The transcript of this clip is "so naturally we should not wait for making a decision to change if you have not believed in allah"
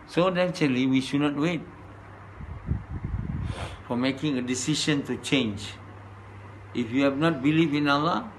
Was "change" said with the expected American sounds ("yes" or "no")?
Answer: yes